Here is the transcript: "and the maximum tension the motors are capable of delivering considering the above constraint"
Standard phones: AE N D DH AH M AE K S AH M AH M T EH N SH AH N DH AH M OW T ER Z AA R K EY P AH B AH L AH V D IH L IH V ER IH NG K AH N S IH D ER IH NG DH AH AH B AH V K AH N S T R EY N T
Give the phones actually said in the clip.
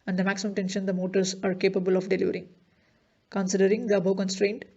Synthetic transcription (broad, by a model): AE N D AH M AE K S AH M AH M T EH N SH AH N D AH M OW T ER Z AA R K EY P AH B AH L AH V D IH L IH V ER IH NG K AH N S IH D ER IH NG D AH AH B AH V K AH N S T R EY N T